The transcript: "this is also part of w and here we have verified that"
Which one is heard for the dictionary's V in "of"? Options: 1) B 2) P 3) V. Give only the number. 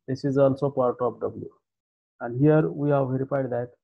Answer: 2